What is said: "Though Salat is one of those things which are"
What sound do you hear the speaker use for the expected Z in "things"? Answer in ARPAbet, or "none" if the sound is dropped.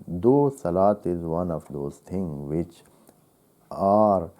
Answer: none